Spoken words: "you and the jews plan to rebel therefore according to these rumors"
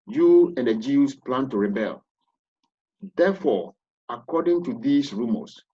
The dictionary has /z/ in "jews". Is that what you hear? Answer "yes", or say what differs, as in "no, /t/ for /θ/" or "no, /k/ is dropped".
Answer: no, /s/ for /z/